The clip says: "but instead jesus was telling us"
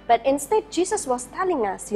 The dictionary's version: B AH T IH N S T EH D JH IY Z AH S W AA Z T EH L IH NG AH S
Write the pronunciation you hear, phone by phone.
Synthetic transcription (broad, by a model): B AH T IH N S T EH D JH IY S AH S W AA S T EH L IH NG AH S